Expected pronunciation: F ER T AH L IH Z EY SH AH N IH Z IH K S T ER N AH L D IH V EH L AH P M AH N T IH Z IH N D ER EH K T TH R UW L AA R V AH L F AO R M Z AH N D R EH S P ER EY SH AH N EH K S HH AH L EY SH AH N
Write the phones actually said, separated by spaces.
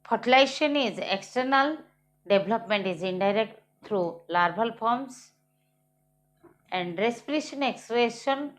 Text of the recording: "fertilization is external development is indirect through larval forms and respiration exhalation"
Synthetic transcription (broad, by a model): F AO T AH L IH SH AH N IH Z IH K S T ER N AH L D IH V L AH P M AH N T IH Z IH N D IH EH K T T R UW L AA R B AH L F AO R M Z AH N D R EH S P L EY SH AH N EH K S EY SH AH N